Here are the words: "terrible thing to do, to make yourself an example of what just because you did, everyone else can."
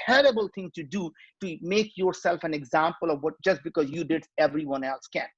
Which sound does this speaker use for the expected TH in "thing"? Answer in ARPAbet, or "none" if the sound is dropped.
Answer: T